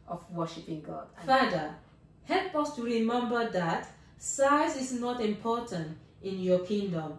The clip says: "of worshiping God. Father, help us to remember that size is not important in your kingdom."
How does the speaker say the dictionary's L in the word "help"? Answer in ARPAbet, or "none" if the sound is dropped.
N